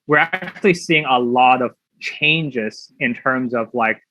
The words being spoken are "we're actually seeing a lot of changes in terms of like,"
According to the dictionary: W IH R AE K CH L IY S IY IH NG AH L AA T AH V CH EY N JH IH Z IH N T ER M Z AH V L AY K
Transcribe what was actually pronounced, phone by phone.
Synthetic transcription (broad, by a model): W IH R AE K CH L IY S IY IH NG AH L AA T AH V CH EY N JH IH Z IH N T ER M Z AH V L AY K